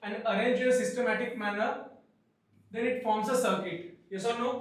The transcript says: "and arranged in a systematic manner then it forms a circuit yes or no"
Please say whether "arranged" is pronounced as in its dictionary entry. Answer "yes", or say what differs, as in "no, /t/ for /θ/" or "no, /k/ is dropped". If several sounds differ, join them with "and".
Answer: no, /d/ is dropped